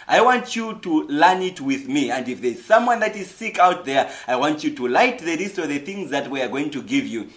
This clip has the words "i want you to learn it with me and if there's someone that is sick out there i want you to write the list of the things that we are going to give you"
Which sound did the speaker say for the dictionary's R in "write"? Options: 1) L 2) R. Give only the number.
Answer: 1